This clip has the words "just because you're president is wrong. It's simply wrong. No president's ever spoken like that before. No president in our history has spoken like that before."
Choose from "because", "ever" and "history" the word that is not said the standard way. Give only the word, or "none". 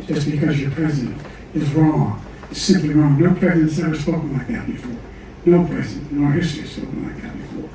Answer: ever